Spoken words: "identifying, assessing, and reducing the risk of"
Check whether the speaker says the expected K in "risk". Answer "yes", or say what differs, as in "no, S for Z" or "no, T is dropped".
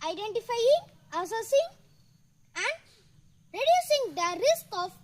yes